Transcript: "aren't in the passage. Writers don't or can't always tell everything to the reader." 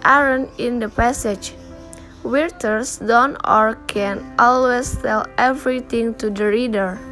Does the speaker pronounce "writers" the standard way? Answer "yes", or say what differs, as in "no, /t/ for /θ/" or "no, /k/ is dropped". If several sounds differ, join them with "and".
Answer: no, /w/ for /ɹ/ and /s/ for /z/